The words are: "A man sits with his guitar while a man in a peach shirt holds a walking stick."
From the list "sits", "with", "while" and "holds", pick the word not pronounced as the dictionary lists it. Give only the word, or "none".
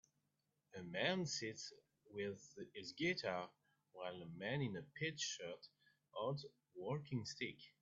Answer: holds